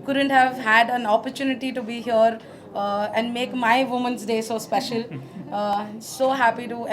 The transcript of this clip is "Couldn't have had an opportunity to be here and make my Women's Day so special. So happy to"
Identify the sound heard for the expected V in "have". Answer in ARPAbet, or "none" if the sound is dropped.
V